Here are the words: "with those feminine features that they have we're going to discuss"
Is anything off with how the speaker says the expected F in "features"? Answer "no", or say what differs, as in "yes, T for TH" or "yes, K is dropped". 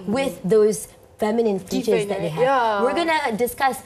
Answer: yes, P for F